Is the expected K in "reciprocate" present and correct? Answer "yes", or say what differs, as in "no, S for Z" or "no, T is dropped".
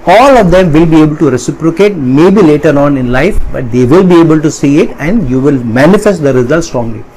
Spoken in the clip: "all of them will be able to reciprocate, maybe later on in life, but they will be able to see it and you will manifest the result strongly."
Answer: yes